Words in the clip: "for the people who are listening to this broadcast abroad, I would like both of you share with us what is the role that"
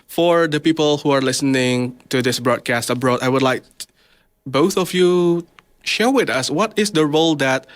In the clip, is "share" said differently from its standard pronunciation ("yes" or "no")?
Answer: no